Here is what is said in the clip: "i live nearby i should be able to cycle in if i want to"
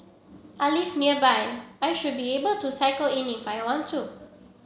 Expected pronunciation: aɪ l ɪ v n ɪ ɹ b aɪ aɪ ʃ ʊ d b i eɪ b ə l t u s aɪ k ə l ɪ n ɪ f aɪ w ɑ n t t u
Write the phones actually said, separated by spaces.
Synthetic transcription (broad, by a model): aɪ l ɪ f n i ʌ b aɪ aɪ ʃ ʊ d b i eɪ b ə l t u s aɪ k ə l ɪ n ɪ f aɪ w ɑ n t t u